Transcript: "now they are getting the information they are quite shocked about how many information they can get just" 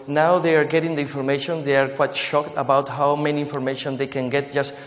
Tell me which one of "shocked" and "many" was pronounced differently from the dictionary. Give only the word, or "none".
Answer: none